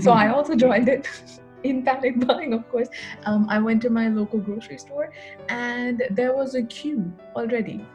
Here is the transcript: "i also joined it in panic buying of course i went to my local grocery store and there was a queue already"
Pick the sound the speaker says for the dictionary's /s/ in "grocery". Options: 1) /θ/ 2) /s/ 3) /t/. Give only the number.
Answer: 2